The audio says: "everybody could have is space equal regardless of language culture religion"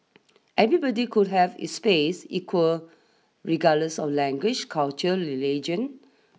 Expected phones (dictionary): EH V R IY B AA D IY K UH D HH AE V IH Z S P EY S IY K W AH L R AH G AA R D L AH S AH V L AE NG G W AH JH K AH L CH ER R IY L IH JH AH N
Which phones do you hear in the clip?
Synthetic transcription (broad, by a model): EH V R IY B AA D IY K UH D HH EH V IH S P EY S IY K W AH L R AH G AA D L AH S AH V L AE NG G W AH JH K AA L CH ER L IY L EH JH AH N